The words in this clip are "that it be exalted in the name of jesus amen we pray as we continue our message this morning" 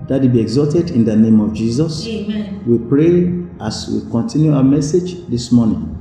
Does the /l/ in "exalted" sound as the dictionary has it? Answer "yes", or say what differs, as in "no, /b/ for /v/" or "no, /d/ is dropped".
no, /l/ is dropped